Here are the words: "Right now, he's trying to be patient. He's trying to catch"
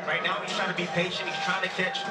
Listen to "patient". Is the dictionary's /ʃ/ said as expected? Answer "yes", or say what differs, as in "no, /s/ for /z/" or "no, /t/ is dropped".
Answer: yes